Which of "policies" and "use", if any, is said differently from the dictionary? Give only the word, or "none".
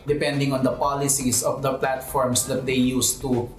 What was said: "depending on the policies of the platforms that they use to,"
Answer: policies